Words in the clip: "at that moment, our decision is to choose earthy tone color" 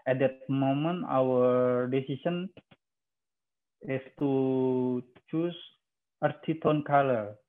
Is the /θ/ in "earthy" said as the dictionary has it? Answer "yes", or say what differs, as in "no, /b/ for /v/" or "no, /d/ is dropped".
no, /t/ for /θ/